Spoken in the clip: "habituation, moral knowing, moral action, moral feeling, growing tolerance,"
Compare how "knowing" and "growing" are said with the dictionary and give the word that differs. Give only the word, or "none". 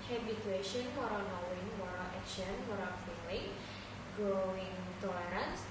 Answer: growing